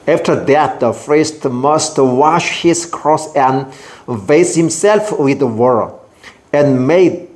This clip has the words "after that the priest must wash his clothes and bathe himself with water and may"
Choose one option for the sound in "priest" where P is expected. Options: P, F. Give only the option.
F